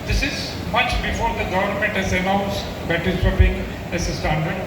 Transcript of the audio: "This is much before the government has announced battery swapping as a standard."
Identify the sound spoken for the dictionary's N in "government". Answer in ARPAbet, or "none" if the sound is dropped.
N